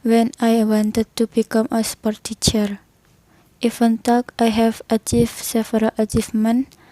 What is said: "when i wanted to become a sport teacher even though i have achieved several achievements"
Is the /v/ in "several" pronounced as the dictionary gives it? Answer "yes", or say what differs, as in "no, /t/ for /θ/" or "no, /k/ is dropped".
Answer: no, /f/ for /v/